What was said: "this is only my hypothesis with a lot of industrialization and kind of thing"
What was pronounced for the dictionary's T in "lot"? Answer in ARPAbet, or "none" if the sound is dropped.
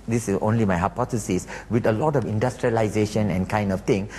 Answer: T